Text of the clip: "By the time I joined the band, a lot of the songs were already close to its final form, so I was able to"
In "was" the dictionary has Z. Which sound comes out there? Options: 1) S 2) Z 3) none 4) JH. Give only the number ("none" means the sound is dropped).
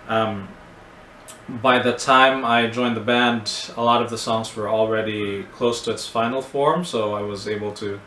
2